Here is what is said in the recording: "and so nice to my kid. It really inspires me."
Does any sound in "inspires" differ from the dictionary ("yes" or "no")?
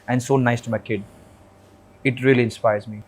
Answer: no